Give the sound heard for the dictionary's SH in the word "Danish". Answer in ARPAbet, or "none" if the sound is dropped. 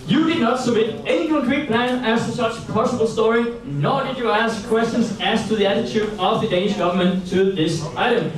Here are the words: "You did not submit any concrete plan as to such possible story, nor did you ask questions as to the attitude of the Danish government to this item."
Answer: SH